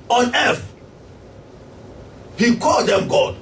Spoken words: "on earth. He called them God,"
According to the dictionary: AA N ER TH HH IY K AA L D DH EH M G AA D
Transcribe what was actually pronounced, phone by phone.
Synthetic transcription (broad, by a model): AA N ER F HH IY K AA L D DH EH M G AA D